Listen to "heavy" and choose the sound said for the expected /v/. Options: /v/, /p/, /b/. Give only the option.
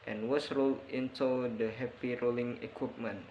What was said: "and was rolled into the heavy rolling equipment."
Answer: /p/